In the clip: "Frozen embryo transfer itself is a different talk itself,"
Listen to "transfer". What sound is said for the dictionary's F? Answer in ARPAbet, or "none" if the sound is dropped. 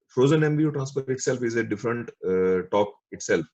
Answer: P